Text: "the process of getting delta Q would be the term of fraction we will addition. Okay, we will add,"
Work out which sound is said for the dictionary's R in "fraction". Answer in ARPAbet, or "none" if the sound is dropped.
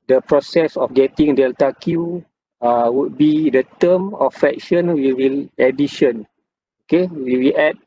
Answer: none